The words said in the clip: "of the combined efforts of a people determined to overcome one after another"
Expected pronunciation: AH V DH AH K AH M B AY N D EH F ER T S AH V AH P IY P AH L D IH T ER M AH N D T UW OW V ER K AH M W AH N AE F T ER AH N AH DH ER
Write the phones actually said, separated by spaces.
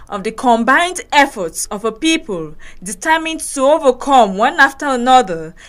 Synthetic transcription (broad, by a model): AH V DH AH K AH M B AY N D EH F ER T S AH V AH P IY P AH L D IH T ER M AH N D T UW OW V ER K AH M W AH N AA F T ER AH N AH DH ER